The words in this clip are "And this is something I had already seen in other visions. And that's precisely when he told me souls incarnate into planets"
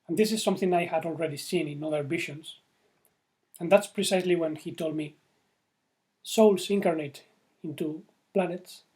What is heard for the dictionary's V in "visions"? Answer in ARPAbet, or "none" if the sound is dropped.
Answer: B